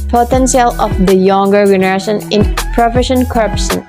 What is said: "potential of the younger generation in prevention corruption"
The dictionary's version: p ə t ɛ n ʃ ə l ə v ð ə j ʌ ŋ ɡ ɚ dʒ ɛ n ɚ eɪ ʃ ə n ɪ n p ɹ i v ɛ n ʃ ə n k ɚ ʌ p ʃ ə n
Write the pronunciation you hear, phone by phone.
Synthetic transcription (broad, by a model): p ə t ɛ n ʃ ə l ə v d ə j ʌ ŋ ɡ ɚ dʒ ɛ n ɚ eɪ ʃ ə n ɪ n p ɹ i f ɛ ʃ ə n k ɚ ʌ p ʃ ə n